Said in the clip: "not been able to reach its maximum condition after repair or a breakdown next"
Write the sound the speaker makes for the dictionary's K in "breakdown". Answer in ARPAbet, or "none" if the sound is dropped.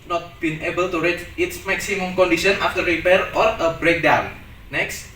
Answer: K